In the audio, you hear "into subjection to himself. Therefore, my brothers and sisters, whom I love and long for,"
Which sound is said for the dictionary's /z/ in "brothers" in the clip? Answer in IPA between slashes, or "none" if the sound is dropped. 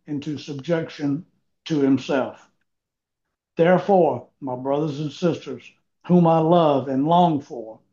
/z/